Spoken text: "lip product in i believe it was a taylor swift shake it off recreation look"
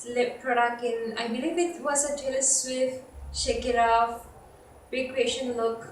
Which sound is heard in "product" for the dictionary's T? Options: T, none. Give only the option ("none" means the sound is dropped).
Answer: none